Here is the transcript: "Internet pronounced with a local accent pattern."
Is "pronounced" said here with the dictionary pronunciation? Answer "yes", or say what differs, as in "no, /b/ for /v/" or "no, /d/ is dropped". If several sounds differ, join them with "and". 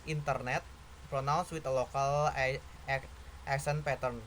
no, /b/ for /p/ and /l/ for /n/